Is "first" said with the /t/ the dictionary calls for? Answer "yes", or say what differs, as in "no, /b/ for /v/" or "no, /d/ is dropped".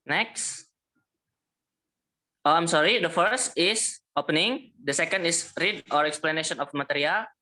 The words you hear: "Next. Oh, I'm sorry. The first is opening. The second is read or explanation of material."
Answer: yes